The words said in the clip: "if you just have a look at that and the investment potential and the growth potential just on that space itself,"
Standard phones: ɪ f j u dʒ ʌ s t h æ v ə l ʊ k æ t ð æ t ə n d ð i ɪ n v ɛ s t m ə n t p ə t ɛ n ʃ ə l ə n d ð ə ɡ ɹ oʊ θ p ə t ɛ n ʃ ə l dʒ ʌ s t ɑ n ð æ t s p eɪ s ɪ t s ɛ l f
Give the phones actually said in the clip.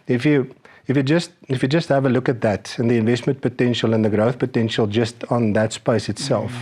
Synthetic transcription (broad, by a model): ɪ f j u dʒ ʌ s t h æ v ə l ʊ k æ t ð æ t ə n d ð i ɪ n v ɛ s t m ə n t p ə t ɛ n ʃ ə l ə n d ð ə ɡ ɹ oʊ θ p ə t ɛ n ʃ ə l dʒ ʌ s t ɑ n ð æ t s p eɪ s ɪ t s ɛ l f